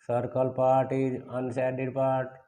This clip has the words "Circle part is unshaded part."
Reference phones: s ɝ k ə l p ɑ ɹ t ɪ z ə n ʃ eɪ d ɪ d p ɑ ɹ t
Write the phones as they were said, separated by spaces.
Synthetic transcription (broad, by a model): s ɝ k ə l p ɑ ɹ t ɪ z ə n s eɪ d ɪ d p ɑ ɹ t